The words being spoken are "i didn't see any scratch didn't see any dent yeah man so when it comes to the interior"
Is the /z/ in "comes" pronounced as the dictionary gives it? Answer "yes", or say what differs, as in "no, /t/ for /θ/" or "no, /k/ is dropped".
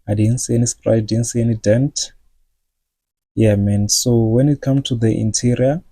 no, /z/ is dropped